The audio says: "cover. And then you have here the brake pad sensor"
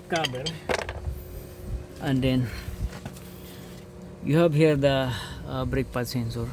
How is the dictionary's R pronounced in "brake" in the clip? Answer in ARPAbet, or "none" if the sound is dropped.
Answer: R